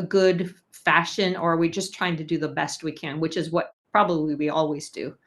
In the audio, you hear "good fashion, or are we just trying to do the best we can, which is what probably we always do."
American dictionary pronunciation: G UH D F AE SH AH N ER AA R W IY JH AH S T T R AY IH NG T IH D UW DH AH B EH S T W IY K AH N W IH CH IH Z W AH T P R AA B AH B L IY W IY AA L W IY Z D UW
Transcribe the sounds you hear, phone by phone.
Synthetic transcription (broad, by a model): G UH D F AE SH AH N ER R W IY JH AH S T T R AY IH NG T IH D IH DH AH B EH S T W IY K AH N W IH CH IH Z W AH T P R AA B AH B L IY W IY AA L W IY Z D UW